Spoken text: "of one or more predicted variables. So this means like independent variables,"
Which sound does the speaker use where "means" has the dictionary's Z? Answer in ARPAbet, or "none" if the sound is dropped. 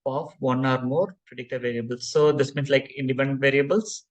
S